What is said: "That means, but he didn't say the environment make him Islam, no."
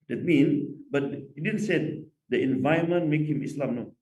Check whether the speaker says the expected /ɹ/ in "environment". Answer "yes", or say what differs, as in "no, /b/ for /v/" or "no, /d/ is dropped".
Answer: no, /ɹ/ is dropped